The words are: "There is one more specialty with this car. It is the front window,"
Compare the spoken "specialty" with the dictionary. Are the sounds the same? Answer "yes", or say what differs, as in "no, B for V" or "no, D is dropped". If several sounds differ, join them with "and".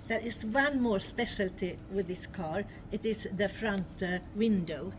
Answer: yes